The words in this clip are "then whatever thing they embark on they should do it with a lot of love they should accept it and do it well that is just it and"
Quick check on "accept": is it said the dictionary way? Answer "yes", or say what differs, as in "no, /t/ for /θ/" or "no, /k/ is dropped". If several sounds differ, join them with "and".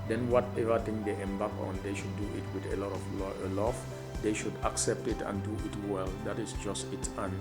yes